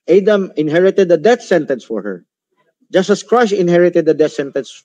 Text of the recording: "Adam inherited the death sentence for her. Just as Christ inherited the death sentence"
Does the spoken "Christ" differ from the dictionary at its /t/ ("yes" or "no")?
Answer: yes